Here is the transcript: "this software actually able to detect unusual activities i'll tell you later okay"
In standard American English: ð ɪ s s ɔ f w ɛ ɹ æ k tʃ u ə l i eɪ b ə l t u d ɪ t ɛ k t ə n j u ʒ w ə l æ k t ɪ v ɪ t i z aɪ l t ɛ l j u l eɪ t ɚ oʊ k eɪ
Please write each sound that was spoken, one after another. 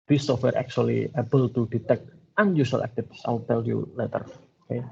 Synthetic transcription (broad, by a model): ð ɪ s s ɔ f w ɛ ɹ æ k tʃ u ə l i eɪ b ə l t u d ɪ t ɛ k t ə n j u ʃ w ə l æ k t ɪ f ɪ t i s aɪ l t ɛ l j u l eɪ t ɚ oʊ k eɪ